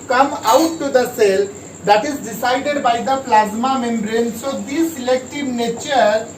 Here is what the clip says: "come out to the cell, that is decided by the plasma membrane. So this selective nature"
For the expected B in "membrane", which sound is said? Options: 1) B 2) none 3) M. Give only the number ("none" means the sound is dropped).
1